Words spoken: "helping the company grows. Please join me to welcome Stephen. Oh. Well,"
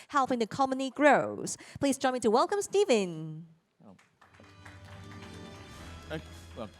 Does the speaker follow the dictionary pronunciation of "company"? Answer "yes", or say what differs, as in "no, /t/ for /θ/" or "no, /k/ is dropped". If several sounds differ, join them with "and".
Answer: no, /p/ is dropped